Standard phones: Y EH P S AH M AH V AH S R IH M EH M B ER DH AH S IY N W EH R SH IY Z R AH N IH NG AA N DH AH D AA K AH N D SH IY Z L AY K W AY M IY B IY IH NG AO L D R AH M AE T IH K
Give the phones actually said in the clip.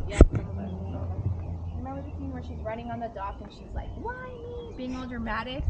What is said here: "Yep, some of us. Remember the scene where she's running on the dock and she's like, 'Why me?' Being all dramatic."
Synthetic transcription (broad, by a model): Y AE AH AH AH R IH M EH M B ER DH AH TH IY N W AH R SH IY Z R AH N IH NG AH N DH AH D AA K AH N SH IY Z L AY K W AY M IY B IY IH NG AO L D R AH M AE T IH K